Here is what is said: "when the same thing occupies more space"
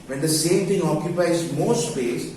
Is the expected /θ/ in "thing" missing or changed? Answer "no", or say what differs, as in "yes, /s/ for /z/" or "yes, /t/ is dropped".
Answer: yes, /t/ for /θ/